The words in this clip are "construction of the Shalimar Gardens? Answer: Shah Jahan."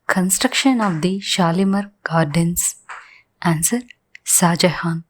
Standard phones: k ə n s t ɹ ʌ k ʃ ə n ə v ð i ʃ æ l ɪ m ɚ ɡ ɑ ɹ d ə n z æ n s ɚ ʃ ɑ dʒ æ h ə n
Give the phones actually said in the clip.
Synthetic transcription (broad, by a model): k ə n s t ɹ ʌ k ʃ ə n ə v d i ʃ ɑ l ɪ m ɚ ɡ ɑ ɹ d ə n s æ n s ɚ s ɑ dʒ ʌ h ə n